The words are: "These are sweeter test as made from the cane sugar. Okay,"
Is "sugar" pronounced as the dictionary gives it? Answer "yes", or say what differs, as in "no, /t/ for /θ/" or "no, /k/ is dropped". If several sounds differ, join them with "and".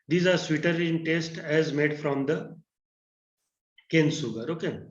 no, /s/ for /ʃ/